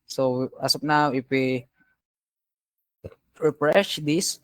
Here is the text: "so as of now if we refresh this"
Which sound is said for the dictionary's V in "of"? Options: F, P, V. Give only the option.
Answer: P